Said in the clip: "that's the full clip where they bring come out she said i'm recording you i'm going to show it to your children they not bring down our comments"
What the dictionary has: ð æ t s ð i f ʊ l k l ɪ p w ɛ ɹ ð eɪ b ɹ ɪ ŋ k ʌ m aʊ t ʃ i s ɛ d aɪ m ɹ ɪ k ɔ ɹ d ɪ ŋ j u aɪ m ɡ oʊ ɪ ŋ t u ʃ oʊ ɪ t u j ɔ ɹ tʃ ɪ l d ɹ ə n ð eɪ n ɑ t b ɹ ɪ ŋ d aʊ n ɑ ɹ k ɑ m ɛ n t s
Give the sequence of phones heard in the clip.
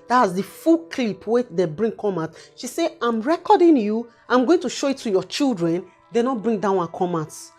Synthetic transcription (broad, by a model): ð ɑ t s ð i f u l k l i p w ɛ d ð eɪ b ɹ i ŋ k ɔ m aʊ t ʃ i s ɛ aɪ m ɹ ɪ k ɔ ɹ d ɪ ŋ j u aɪ m ɡ oʊ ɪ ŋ t u ʃ oʊ ɪ t u j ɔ tʃ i l d ɹ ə n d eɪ n ɑ t b ɹ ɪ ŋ d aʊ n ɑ k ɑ m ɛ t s